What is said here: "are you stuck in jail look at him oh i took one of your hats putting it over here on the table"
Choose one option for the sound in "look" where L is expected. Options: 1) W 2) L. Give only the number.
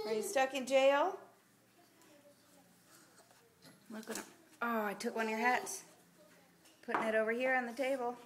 1